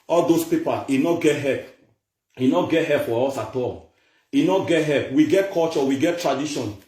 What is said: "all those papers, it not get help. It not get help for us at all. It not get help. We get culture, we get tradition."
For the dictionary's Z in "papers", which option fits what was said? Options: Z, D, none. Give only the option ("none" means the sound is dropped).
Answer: none